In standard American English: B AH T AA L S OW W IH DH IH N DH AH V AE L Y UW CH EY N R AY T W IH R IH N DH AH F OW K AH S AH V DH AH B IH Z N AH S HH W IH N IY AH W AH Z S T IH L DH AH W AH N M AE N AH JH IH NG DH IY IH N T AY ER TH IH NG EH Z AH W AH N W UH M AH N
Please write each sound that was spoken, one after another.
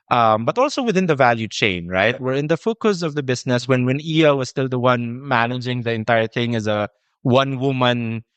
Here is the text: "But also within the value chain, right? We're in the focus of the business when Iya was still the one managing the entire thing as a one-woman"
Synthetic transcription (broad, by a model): B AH T AA L S OW W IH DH IH N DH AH V AE L Y UW CH EY N R AY T W IH R IH N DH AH F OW K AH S AH V DH AH B IH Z N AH S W W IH N IY AH W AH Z S T IH L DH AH W AH N M AE N AH JH IH NG DH IY IH N T AY ER TH IH NG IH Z AH W AH N W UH M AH N